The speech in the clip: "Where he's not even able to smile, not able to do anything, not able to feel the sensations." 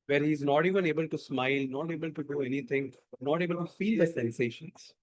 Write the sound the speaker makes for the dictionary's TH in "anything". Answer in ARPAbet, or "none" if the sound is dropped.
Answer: T